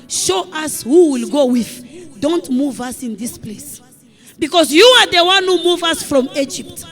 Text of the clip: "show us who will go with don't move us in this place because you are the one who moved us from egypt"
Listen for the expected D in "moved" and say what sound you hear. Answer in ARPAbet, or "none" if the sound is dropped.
none